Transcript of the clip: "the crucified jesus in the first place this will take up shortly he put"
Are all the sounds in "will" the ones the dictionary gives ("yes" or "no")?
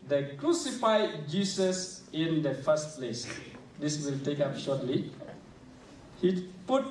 yes